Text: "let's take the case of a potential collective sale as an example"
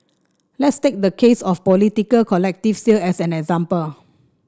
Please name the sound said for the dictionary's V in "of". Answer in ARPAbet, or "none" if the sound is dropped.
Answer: P